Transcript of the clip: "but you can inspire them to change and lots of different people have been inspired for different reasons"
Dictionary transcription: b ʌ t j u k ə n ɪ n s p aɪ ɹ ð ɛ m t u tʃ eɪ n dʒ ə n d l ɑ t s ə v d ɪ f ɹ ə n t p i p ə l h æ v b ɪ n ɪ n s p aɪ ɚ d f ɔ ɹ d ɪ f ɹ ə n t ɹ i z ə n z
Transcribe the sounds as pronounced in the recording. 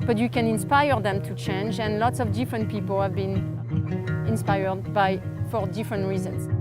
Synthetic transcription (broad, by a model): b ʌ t j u k ə n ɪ n s p aɪ ɹ ð ɛ m t u tʃ eɪ n dʒ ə n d l ɑ t s ə v d ɪ f ɹ ə n t p i p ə l h æ v b ɪ n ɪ n s p aɪ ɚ d f ɔ ɹ d ɪ f ɹ ə n t ɹ i z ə n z